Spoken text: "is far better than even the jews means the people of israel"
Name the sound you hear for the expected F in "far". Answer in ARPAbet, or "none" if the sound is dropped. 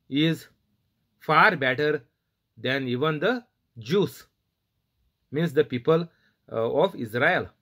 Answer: F